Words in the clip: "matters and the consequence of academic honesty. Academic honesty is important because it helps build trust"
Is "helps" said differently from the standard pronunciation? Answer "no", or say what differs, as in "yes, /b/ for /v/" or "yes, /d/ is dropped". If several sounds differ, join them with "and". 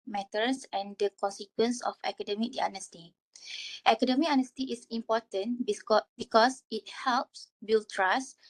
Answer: no